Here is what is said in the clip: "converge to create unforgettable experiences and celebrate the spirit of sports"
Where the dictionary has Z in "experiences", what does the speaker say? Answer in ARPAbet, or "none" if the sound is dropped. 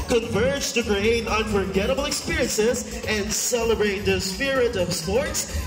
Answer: Z